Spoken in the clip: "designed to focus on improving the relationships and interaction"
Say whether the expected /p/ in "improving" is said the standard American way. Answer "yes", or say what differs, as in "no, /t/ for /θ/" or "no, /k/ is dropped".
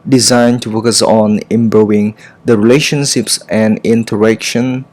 no, /b/ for /p/